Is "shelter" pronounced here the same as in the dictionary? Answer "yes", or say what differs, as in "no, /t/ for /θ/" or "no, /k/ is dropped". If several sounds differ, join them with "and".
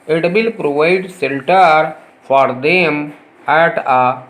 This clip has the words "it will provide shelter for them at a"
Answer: no, /s/ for /ʃ/